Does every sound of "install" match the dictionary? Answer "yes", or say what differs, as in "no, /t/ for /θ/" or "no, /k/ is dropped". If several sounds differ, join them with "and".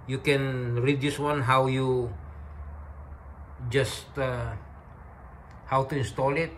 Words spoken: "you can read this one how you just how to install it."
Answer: yes